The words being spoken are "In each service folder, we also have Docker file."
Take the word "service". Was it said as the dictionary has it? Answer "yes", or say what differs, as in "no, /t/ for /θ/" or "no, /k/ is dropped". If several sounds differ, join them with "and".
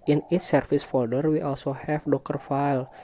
no, /f/ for /v/